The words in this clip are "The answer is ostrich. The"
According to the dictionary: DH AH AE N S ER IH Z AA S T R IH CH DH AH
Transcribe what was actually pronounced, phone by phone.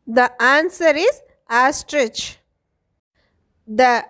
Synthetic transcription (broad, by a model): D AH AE N S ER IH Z AA S T R IH CH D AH